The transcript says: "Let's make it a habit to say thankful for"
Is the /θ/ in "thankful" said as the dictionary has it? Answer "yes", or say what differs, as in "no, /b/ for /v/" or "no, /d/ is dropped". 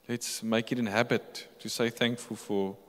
yes